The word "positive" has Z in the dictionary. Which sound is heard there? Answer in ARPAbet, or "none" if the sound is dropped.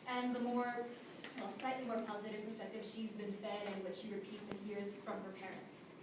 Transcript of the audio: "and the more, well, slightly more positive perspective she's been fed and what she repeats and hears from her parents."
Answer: Z